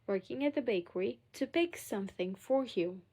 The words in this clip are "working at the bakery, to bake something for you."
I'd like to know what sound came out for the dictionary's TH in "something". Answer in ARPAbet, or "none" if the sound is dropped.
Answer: TH